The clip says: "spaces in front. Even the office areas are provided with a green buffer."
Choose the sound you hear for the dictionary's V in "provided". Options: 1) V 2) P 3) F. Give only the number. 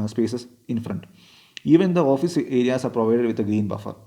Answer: 1